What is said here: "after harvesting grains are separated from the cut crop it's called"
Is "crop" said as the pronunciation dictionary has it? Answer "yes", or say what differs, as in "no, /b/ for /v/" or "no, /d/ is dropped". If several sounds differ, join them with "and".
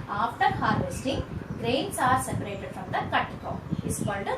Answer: no, /ɹ/ is dropped